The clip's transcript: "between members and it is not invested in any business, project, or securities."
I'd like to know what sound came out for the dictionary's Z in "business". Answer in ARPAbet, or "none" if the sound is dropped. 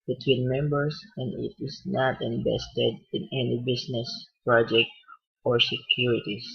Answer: S